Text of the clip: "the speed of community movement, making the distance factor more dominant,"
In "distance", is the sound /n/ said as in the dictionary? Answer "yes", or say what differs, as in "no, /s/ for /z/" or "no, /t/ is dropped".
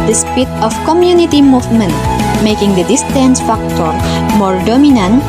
yes